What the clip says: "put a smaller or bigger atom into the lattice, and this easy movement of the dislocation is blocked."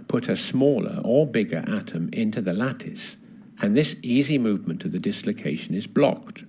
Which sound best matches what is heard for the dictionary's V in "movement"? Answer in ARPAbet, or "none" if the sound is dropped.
V